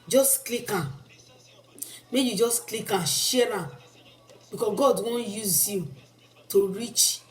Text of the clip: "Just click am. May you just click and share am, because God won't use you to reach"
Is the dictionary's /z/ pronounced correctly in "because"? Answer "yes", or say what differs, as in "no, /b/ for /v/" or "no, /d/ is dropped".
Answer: no, /z/ is dropped